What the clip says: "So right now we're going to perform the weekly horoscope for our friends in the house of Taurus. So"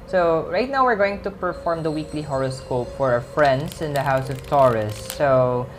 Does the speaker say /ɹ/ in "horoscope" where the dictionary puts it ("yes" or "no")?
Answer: yes